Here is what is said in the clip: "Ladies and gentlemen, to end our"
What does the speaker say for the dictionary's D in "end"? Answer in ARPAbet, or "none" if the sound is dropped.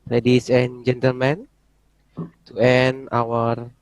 none